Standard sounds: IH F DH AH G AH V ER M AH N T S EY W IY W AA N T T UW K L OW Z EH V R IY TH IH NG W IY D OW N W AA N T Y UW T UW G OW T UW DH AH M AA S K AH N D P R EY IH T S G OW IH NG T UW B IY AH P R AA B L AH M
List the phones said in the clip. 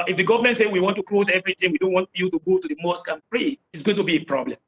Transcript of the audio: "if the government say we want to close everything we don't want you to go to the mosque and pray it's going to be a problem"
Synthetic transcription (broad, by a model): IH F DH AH G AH V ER M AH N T S EY W IY W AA N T T UW K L OW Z EH V R IY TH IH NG W IY D OW N W AA N T Y UW T UW G OW T UW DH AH M AA S K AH N P R EY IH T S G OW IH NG T UW B IY AH P R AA B L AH M